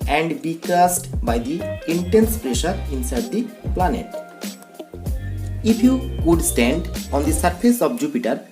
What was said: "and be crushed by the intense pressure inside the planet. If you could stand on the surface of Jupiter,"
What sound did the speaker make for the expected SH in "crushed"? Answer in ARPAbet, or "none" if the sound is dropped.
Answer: S